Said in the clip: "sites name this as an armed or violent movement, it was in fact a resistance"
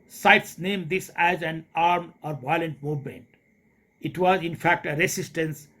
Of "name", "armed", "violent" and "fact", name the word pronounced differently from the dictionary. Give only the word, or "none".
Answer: armed